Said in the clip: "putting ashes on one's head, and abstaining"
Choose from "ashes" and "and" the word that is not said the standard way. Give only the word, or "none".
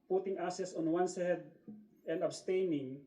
ashes